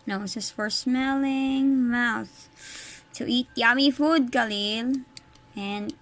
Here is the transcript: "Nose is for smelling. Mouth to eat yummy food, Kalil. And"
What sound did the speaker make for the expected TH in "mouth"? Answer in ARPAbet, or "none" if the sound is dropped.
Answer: TH